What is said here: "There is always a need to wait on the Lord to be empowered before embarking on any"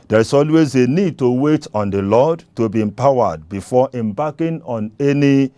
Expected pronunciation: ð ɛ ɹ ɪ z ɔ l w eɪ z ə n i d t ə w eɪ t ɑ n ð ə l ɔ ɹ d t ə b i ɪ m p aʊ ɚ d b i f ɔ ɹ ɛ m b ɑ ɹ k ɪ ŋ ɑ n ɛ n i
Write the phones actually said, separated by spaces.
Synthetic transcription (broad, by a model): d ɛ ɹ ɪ s ɔ l w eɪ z ə n i d t ə w eɪ t ɑ n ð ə l ɔ d t ə b i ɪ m p aʊ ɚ d b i f ɔ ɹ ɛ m b ɑ k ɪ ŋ ɑ n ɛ n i